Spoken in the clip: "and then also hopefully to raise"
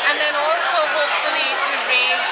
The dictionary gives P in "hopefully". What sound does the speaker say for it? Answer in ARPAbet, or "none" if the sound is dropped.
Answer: none